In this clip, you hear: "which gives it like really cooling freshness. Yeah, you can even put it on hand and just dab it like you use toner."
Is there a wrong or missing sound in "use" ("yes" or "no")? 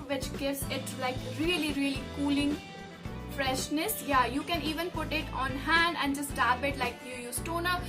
no